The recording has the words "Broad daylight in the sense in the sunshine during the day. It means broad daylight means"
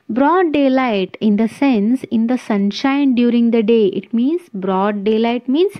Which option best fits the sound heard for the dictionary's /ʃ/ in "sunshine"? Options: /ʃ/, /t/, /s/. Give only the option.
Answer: /ʃ/